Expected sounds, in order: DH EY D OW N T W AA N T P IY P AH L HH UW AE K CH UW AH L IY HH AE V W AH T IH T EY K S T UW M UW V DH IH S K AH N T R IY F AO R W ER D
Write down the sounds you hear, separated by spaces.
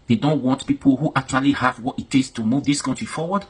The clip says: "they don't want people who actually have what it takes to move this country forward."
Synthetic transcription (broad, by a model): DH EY D OW N T W AA N T P IY P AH L HH UW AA K CH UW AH L IY HH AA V W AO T IH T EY S T UW M UW V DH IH S K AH N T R IY F AO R W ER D